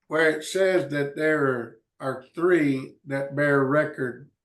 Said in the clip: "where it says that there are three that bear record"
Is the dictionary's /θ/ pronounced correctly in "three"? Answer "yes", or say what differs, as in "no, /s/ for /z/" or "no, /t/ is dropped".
yes